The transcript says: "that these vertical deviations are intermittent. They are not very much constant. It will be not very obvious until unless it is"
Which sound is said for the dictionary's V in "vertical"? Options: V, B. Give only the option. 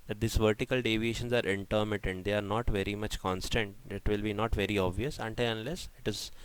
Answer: V